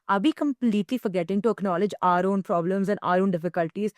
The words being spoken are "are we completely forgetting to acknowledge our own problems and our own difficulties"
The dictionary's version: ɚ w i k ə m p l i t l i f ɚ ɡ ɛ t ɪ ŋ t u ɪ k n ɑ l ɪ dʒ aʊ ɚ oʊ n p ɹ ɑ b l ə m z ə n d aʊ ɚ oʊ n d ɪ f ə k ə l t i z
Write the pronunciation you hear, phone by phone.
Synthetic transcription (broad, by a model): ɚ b i k ə m p l i t l i f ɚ ɡ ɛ t ɪ ŋ t u ɪ k n ɑ l ɪ dʒ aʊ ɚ oʊ n p ɹ ɑ b l ə m z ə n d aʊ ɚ oʊ n d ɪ f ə k ə l t i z